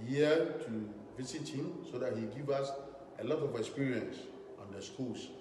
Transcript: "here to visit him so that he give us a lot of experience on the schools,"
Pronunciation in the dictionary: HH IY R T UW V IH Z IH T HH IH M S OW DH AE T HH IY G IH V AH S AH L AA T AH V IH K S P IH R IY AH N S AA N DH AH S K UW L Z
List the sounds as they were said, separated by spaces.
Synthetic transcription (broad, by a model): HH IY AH T UW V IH S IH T HH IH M S OW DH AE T HH IY G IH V AH S AH L AA T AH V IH K S P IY R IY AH N S AA N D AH S K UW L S